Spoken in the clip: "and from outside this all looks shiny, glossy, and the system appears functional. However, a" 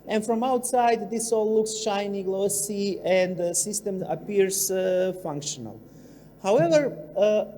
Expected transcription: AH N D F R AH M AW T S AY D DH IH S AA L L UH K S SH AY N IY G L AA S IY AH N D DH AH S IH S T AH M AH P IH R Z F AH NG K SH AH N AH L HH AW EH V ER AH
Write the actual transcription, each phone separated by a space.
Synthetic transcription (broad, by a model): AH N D F R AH M AW T S AY D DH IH S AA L L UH K S SH AY N IY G L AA S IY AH N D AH S IH S T AH M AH P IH R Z F AH NG K SH AH N AH L HH AW EH V ER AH